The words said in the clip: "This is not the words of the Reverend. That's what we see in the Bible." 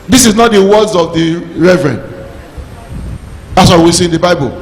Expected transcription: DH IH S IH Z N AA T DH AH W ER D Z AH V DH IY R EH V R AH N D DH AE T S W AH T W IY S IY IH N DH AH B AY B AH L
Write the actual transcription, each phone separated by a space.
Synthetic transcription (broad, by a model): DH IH S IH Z N AA T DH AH W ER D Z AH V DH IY R EH V R AH N D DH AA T S W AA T W IY S IY IH N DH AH B AY B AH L